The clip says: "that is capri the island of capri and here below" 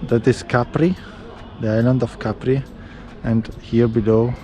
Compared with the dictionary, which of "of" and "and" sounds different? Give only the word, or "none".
of